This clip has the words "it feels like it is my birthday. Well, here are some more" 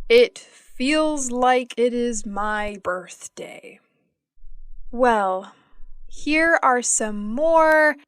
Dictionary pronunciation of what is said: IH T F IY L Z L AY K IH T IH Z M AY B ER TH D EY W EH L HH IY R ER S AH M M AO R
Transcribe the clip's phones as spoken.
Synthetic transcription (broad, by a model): IH T F IY L Z L AY K IH T IH Z M AY B ER TH D EY W EH L HH IY R ER S AH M M AO R